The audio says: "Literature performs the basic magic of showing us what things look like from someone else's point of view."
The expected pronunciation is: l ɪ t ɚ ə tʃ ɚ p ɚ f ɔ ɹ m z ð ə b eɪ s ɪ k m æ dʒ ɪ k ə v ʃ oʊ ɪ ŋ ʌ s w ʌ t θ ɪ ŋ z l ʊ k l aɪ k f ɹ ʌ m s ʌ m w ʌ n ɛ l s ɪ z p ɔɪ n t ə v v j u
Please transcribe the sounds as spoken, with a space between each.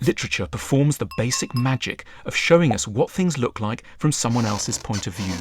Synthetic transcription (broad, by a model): l ɪ t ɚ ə tʃ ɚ p ɚ f ɔ ɹ m z ð ə b eɪ s ɪ k m æ dʒ ɪ k ə v ʃ oʊ ɪ ŋ ʌ s w ʌ t θ ɪ ŋ z l ʊ k l aɪ k f ɹ ʌ m s ʌ m w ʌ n ɛ l s ɪ z p ɔɪ n t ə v v j u